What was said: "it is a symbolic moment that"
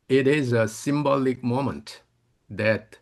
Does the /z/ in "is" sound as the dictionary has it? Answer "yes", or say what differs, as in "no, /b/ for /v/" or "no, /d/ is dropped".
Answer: yes